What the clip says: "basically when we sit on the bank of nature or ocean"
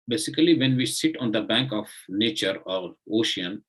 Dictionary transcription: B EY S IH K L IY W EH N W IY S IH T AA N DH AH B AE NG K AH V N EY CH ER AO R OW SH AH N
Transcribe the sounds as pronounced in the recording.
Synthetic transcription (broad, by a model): B EY S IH K L IY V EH N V IY S IH T AA N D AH B AE NG K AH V N EY CH ER AO R OW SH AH N